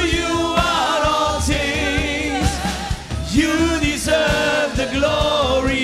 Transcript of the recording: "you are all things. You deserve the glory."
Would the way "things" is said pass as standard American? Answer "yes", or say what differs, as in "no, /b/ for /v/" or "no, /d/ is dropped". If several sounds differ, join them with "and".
no, /t/ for /θ/